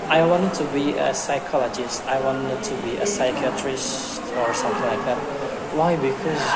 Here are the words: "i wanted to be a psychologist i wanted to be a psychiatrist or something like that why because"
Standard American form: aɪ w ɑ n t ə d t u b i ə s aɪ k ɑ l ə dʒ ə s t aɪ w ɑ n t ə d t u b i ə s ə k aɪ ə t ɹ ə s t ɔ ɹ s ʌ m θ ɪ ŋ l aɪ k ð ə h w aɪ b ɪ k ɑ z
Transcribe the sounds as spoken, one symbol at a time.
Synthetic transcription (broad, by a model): aɪ w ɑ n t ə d t u b i ə s aɪ k ɑ l ə dʒ ə s t aɪ w ɑ n t ə d t u b i ə s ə k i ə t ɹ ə s t ɔ ɹ s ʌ m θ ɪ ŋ l aɪ k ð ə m w aɪ b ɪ k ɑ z